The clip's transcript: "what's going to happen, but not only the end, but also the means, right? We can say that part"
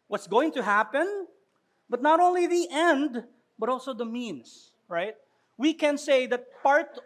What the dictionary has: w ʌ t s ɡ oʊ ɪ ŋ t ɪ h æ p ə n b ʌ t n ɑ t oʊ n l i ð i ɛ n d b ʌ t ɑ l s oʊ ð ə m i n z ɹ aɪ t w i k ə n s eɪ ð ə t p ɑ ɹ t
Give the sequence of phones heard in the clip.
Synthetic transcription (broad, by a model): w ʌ t s ɡ oʊ ɪ ŋ t ɪ h æ p ə n b ʌ t n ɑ t oʊ n l i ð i ɛ n d b ʌ t ɑ l s oʊ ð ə m i n s ɹ aɪ t w i k ə n s eɪ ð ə t p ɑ ɹ t